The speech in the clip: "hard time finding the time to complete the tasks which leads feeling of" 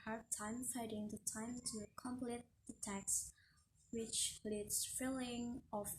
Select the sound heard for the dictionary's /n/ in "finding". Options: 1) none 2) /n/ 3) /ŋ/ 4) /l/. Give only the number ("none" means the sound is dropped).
1